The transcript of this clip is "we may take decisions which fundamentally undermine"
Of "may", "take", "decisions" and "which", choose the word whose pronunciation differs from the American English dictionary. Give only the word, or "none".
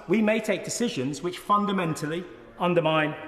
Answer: none